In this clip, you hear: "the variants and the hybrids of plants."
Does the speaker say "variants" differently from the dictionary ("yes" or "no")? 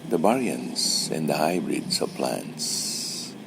yes